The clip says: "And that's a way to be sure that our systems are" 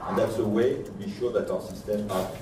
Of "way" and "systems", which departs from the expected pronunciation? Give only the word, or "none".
systems